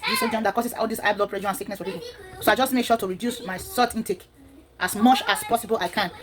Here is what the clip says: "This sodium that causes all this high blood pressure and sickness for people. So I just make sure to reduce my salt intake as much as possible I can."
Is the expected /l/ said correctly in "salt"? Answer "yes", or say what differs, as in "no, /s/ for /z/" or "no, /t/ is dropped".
no, /l/ is dropped